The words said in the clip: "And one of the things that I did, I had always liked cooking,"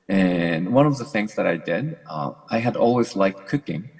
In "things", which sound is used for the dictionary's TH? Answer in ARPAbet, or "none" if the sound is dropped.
TH